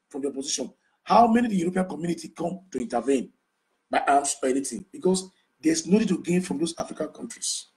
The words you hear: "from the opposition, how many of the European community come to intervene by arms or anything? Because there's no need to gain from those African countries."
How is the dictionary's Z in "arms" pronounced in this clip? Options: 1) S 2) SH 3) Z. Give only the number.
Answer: 1